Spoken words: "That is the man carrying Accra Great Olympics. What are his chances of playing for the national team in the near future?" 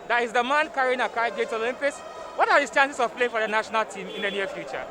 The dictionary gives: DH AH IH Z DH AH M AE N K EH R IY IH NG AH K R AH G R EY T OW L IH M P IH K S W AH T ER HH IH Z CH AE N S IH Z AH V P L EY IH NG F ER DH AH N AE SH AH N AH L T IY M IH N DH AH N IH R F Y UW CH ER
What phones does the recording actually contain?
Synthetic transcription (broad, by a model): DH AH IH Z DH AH M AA N K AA R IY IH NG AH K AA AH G EY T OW L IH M P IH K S W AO T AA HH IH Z CH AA N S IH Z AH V P L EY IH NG F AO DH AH N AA SH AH N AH L T IY M IH N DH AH N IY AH F Y UW CH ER